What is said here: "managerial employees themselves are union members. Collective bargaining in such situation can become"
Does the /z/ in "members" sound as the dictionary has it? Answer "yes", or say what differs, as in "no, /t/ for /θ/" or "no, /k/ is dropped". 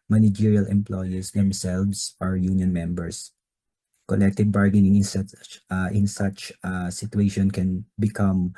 no, /s/ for /z/